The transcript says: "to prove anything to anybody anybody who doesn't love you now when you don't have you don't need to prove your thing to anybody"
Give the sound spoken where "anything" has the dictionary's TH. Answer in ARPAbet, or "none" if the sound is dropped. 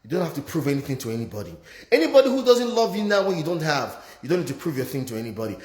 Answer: TH